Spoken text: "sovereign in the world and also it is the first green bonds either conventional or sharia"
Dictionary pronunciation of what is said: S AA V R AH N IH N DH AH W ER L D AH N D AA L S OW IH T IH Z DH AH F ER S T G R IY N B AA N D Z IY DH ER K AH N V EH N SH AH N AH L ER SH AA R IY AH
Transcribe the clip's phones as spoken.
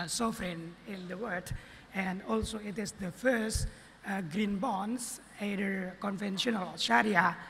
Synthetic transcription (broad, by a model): S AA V R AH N IH N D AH W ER D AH N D AA L S OW IH T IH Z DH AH F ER S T G R IY N B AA N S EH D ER K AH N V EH N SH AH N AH L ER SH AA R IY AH